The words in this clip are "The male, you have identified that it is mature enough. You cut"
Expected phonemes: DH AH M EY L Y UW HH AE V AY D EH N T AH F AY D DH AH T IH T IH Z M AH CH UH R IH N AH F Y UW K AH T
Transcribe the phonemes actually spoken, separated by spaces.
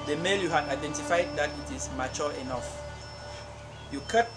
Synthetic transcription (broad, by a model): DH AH M EY L Y UW HH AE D AY D EH N T AH F AY D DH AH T IH T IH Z M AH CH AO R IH N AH F Y UW K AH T